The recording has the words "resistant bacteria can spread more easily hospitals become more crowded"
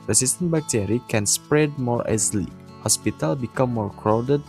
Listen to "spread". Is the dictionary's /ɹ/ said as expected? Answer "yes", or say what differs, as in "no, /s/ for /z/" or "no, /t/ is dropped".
yes